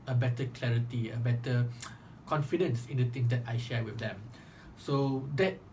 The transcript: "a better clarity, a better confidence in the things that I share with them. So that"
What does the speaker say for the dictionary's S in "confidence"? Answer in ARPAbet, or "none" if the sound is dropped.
S